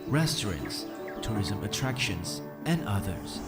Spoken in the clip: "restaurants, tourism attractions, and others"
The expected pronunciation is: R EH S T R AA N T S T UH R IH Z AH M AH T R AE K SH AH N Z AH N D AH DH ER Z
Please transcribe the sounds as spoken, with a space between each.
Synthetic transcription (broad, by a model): R EH S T R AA N T S T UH R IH Z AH M AH T R AE K SH AH N Z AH N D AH DH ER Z